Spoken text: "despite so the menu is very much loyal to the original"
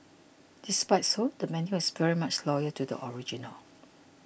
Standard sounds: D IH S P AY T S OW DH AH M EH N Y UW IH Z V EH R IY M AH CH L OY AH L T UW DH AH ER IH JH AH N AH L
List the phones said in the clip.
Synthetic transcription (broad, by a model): D IH S P AY T S OW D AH M EH N Y UW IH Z V EH R IY M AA CH L OY AH T UW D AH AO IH JH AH N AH L